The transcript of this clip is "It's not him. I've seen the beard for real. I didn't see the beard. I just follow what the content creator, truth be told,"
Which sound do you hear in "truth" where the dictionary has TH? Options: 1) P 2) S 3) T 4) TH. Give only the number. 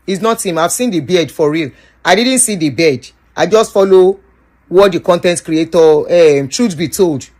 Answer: 2